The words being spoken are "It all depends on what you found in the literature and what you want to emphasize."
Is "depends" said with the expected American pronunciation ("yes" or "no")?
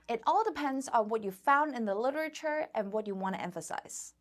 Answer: yes